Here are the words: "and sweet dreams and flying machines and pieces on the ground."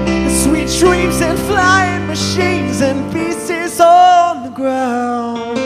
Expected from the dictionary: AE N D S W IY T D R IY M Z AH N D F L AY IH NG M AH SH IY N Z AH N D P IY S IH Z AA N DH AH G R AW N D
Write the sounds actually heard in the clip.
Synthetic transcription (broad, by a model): S W IY T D R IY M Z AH N F L AY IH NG M AH SH IY N Z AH N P IY S IH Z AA N DH AH G R AW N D